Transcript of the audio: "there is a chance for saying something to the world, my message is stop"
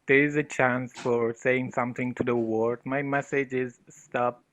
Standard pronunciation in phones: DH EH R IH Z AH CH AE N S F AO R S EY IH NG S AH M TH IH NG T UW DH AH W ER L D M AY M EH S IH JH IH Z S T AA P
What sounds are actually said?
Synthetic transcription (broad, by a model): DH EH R IH Z AH CH AE N S F AO R S EY IH NG S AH M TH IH NG T UW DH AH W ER D M AY M EH S IH JH IH Z S T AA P